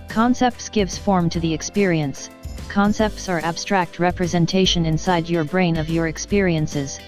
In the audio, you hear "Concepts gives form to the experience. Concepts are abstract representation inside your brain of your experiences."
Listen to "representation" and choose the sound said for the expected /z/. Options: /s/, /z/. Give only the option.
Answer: /z/